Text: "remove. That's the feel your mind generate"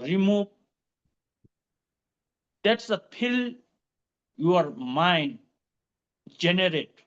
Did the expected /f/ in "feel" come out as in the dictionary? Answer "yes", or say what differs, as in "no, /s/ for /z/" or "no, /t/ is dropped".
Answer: no, /p/ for /f/